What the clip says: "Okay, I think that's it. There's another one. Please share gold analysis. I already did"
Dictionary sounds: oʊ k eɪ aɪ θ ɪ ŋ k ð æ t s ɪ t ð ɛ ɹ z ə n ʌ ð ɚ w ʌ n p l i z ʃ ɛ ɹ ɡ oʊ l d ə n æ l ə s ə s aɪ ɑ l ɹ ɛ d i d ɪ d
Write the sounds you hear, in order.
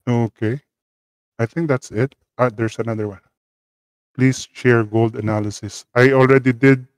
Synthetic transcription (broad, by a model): oʊ k eɪ aɪ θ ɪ ŋ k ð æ t s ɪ t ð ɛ ɹ s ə n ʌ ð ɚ w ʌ n p l i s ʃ ɛ ɹ ɡ oʊ l d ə n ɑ l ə s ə s aɪ ɑ l ɹ ɛ d i d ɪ d